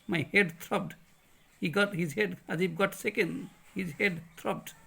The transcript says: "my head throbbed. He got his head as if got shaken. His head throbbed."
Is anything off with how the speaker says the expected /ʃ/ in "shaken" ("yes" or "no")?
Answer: yes